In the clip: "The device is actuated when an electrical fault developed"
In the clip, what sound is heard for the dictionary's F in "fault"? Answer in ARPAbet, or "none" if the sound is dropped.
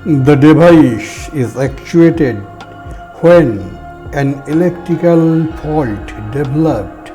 P